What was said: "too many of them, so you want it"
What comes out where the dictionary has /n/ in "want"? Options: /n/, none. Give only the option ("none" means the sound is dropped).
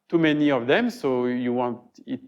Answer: /n/